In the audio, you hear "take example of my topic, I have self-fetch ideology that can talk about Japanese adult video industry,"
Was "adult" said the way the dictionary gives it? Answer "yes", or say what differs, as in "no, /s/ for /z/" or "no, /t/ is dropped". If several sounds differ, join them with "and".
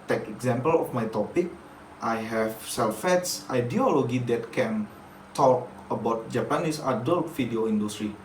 yes